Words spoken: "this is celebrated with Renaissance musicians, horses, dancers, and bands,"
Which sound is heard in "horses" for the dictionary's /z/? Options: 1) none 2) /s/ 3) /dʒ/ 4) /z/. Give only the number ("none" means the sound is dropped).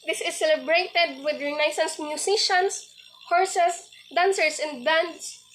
2